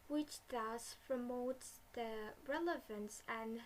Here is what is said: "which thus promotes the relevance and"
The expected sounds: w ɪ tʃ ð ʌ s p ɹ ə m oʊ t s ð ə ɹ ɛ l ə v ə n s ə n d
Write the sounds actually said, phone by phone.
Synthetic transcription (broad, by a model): w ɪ tʃ ð ʌ s p ɹ ə m oʊ t s ð ə ɹ ɛ l ə v ə n s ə n